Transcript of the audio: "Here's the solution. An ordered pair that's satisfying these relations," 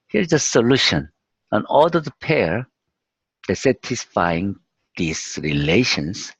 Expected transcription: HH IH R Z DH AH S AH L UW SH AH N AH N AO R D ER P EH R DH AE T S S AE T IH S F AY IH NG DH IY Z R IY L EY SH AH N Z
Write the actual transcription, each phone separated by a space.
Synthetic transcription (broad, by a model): HH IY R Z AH S AH L UW SH AH N AH N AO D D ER P EH R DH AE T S S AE T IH S F AY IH NG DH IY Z R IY L EY SH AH N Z